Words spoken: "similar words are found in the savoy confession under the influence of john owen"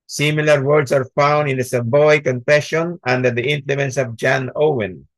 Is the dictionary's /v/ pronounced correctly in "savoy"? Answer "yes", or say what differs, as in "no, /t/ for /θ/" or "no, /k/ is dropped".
no, /b/ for /v/